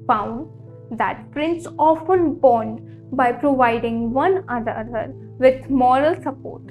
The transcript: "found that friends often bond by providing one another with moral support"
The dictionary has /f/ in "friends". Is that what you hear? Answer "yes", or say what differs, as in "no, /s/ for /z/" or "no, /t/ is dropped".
no, /p/ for /f/